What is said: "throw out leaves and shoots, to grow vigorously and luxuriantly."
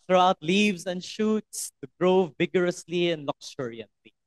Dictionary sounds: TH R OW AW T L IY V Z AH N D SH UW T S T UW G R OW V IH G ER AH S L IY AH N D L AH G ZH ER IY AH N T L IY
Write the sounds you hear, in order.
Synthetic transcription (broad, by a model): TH R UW AW T L IY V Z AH N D SH UW T S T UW G R OW V IH G ER AH S L IY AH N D L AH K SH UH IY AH N T L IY